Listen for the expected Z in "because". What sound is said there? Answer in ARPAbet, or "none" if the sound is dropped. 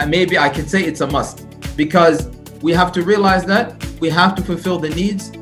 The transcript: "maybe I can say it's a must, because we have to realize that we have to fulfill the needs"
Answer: Z